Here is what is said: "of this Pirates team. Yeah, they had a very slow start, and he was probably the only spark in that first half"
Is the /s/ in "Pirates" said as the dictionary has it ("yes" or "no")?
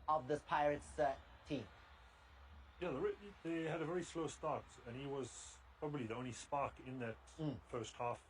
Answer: yes